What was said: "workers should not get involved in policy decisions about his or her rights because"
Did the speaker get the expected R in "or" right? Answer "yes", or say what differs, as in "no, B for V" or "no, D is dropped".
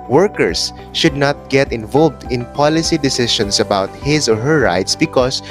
yes